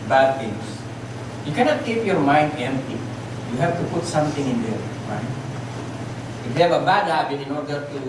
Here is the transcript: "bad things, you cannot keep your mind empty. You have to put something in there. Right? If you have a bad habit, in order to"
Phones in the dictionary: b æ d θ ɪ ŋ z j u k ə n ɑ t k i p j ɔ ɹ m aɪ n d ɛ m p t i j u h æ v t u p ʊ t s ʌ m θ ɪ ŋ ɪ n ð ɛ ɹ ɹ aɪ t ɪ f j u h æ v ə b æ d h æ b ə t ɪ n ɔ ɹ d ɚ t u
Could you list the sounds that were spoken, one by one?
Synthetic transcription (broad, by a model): b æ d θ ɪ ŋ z j u k ə n ɑ t k i p j ɔ ɹ m aɪ n d ɛ m p t i j u h æ v t u p ʊ t s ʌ m t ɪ ŋ ɪ n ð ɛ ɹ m aɪ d ɪ f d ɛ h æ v ə b æ d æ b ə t ɪ n ɔ ɹ d ɚ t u